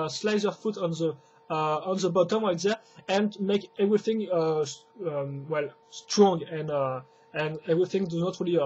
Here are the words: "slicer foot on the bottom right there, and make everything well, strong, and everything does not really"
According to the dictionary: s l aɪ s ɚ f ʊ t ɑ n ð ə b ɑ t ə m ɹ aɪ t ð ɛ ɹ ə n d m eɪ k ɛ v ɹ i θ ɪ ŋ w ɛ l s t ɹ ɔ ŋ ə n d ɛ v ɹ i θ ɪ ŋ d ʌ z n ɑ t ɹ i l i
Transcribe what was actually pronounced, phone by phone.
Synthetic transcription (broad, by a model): s l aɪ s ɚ f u t ɑ n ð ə b ɑ t ə m l aɪ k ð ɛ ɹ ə n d m eɪ k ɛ v ɹ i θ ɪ ŋ w ɛ l s t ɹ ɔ ŋ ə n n ɛ v ɹ i θ ɪ ŋ d ʌ z n ɑ t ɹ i l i